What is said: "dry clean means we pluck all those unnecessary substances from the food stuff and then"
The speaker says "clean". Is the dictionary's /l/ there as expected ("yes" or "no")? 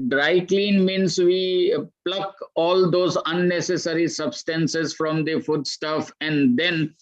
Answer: yes